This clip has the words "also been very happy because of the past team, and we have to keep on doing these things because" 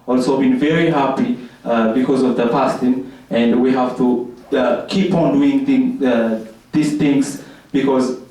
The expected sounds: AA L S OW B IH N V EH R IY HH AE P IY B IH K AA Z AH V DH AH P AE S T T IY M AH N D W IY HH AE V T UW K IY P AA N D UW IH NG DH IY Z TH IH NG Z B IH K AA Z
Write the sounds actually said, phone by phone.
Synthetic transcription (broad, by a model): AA L S OW B IH N V EH R IY HH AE P IY B IH K AA Z AH V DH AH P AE S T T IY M AH N D W IY HH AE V T UW K IY P AA N D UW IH NG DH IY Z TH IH NG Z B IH K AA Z